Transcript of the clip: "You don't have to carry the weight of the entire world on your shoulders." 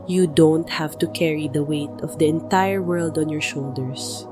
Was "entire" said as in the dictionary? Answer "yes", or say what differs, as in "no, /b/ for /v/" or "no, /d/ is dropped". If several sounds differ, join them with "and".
yes